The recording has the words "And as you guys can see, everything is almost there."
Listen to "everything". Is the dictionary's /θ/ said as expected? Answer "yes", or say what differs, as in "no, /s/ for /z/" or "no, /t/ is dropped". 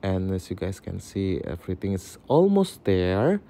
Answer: no, /t/ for /θ/